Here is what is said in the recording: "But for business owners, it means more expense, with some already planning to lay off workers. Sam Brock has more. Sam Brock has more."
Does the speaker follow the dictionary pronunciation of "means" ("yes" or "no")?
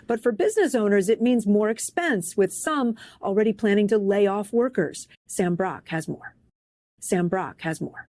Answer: yes